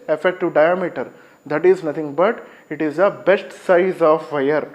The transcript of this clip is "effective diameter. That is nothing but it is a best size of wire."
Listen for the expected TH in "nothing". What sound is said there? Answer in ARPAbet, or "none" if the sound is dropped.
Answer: T